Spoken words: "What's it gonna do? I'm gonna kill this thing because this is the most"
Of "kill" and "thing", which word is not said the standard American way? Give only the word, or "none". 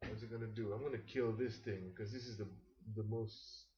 none